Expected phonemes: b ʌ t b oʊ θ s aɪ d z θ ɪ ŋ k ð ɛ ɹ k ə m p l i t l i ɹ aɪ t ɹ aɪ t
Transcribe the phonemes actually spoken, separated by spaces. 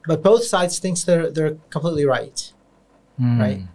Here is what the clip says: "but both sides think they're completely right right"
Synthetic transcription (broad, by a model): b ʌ t b oʊ θ s aɪ d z θ ɪ ŋ k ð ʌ ɹ k ə m p l i t l i ɹ aɪ t ɹ aɪ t